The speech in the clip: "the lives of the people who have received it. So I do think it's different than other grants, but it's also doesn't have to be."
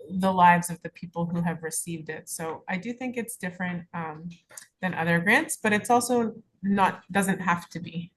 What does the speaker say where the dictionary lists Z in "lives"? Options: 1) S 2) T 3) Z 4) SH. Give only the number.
3